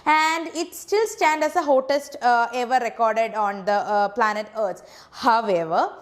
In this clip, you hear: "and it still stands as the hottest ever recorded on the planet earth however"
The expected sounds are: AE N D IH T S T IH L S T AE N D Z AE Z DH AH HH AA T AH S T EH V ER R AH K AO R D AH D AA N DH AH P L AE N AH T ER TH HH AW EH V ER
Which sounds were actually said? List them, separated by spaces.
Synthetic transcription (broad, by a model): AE N D IH T S T IH L S T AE N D AE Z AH HH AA T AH S T EH V ER R AH K AO R D AH D AA N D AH P L AE N AH T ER T HH AW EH V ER